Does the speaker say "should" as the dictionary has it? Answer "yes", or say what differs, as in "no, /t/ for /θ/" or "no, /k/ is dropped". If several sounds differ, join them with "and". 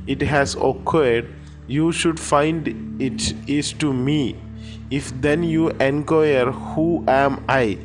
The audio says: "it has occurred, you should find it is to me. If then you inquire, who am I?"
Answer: yes